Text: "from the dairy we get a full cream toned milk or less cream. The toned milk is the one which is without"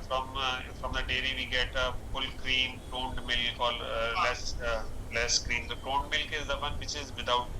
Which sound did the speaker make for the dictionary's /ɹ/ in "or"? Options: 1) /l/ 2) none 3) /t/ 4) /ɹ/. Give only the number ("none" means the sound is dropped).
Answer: 1